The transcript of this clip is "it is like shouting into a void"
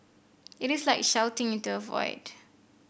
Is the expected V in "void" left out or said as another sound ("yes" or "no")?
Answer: no